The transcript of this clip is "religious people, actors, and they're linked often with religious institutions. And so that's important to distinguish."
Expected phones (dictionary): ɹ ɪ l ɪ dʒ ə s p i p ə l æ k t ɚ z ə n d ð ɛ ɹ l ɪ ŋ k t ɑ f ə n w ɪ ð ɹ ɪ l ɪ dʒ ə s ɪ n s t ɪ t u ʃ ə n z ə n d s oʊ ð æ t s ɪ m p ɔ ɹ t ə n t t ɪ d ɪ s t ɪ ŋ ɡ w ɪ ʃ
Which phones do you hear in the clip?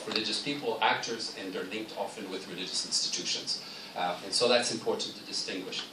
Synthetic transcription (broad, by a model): ɹ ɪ l ɪ dʒ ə s p i p l æ k t ɚ z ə n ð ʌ ɹ l ɪ ŋ k t ɑ f ə n w ɪ ð ɹ ɪ l ɪ dʒ ə s ɪ n s t ɪ t u ʃ ə n z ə n s oʊ ð æ t s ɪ m p ɔ ɹ t n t t ɪ d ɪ s t ɪ ŋ ɡ w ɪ ʃ